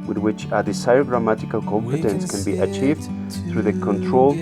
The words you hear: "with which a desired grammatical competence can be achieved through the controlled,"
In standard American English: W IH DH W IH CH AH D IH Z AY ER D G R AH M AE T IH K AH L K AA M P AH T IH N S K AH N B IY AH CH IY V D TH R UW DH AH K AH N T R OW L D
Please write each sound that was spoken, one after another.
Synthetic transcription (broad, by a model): W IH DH W IH CH AH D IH S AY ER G R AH M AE T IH K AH L K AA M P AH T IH N S K AH N B IY AH CH IY V D TH R UW DH AH K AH N T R OW L